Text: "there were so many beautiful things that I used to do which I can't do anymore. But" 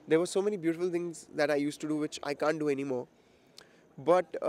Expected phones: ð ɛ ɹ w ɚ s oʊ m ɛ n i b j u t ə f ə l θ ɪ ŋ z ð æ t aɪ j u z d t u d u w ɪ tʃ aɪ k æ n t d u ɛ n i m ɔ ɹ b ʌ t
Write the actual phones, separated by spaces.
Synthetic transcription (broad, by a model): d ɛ ɹ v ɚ s oʊ m ɛ n i b j u t ə f ə l t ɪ ŋ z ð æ t aɪ j u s t u d u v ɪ tʃ aɪ k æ n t d u ɛ n i m ɔ ɹ b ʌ t